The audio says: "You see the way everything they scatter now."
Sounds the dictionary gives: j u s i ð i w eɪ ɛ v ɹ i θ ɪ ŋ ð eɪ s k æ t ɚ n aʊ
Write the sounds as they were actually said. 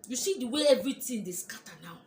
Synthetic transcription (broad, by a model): j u s i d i w eɪ ɛ v ɹ i t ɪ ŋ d eɪ s k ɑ t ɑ n aʊ